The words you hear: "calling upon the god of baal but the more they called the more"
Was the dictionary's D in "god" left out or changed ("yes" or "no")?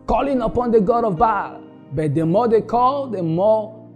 no